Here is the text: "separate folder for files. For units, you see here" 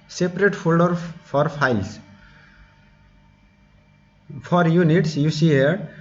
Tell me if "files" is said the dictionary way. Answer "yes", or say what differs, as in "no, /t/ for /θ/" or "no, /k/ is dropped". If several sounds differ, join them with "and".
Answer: no, /p/ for /f/